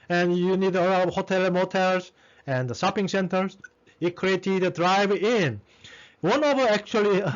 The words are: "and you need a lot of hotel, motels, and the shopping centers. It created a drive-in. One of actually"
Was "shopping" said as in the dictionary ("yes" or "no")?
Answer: no